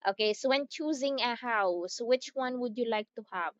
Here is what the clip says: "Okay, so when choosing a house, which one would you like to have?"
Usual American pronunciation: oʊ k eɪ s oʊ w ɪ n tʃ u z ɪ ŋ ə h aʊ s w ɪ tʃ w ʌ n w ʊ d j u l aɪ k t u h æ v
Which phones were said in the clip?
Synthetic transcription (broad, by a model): oʊ k eɪ s oʊ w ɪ n tʃ u z ɪ ŋ ə h aʊ s w ɪ tʃ w ʌ n w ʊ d j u l aɪ k t u h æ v